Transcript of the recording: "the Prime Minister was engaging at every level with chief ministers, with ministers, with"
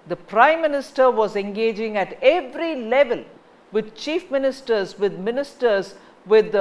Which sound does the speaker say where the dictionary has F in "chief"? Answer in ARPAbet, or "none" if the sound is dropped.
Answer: F